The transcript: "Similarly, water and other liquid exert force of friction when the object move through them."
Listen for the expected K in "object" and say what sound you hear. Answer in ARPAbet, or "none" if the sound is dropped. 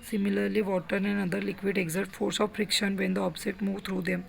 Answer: none